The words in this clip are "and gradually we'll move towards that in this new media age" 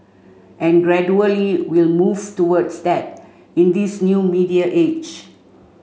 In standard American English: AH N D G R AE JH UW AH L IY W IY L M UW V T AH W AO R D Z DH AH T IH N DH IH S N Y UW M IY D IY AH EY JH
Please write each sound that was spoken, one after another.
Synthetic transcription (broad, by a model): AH N G R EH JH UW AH L IY W IY L M UW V T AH W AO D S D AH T IH N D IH S N Y UW M IY D IY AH EY JH